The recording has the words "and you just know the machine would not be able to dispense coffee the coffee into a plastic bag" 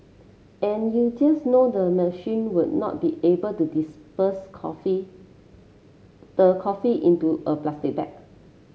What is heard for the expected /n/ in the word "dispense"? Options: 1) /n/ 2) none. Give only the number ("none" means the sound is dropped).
2